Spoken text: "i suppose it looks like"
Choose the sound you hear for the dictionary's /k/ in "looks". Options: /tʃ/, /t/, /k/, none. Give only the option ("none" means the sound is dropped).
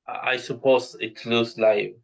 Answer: none